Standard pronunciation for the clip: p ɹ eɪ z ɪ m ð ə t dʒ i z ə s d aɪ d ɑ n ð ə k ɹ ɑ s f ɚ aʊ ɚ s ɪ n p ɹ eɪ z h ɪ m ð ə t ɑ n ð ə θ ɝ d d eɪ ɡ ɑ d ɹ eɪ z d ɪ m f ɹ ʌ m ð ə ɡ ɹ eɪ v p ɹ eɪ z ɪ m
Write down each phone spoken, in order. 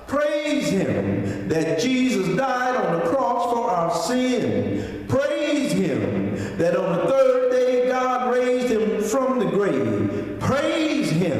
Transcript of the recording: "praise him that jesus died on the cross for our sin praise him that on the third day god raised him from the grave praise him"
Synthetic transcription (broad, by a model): p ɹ eɪ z ɪ m ð ə t dʒ i z ə s d aɪ d n ð ə k ɹ ɑ s f ɚ aʊ ɚ s ɪ n p ɹ eɪ z h ɪ m ð ə t n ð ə θ ɝ d d eɪ ɡ ɑ d ɹ eɪ z d ɪ m f ɹ ʌ m ð ə ɡ ɹ eɪ v p ɹ eɪ z ɪ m